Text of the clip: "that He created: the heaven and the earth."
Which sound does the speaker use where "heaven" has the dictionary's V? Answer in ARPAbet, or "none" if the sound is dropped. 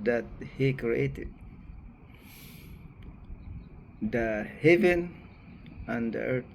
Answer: V